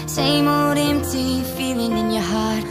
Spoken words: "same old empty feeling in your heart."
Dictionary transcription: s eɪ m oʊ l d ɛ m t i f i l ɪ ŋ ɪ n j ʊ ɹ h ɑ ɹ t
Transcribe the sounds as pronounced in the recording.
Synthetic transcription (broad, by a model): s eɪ m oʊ d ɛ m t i f i l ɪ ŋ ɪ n j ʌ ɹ h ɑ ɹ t